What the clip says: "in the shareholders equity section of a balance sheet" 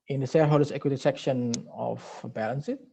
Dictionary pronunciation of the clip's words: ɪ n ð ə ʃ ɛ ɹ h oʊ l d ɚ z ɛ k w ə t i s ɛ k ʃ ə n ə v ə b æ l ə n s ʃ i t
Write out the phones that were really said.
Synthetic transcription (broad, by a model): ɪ n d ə s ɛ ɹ h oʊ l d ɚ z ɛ k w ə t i s ɛ k ʃ ə n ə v b æ l ə n s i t